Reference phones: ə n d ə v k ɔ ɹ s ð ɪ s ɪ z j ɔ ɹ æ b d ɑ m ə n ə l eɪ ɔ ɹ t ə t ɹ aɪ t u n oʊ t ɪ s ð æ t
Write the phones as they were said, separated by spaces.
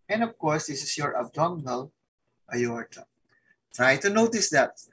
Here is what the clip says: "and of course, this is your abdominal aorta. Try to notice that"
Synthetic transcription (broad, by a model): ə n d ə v k ɔ ɹ s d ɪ s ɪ s j ɔ ɹ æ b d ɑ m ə l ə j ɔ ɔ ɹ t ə t ɹ aɪ t u n oʊ t ɪ s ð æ t